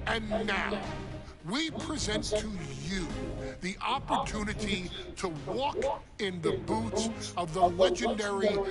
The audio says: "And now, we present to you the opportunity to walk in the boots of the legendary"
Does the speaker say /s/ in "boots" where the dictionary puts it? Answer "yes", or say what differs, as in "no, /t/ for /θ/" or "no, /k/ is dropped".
yes